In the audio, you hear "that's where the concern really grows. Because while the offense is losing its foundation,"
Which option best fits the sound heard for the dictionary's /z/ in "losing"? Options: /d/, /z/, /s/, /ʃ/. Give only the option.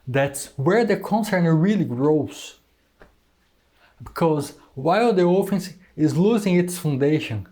/z/